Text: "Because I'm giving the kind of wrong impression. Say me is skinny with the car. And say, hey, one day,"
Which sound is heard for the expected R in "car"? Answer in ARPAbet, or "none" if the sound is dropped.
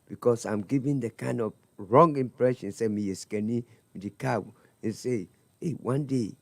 W